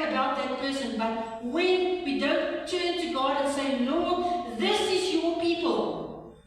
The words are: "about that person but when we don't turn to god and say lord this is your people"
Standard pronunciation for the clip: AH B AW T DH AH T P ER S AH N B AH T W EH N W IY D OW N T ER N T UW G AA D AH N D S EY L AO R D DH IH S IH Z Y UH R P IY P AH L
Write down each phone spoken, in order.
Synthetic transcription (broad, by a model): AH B AW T DH AH T P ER S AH N B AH T W EH N W IY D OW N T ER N T UW G AA D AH N S EY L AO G DH IH S IH Z Y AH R P IY P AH L